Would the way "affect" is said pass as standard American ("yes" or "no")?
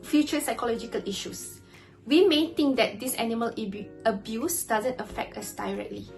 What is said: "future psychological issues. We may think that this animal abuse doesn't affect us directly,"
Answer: yes